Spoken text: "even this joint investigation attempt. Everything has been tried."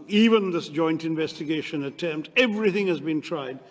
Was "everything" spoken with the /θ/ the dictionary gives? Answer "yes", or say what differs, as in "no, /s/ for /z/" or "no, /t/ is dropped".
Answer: yes